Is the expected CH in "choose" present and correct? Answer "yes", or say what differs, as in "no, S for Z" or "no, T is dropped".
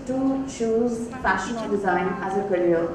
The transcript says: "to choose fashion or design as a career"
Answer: no, SH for CH